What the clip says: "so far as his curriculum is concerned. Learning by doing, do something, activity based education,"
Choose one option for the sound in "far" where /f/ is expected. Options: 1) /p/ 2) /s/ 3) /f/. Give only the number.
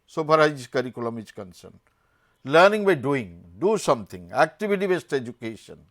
1